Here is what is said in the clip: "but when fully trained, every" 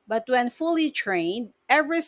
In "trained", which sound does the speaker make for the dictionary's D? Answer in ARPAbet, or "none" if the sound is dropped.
D